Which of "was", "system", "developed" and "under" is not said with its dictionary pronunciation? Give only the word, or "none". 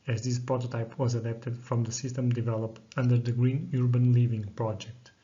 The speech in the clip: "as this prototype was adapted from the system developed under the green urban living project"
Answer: none